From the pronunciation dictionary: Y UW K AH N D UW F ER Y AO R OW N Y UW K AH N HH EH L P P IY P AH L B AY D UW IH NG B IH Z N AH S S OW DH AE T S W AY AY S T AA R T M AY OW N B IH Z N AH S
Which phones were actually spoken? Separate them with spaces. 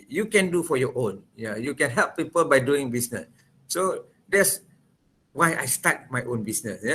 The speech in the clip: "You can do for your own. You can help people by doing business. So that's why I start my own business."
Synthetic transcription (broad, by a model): Y UW K AH N D UW F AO Y AO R OW N Y UW K AH N HH EH L P P IY P AH L B AY D UW IH NG B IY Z N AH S S OW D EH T S W AY AY S T AA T M AY OW N B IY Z N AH S